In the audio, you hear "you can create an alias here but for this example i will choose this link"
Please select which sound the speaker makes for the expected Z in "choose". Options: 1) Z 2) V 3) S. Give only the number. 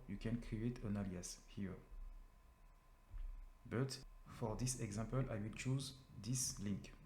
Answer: 1